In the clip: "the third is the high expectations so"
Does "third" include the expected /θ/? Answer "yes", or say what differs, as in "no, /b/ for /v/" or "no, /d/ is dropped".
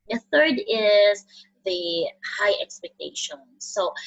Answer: yes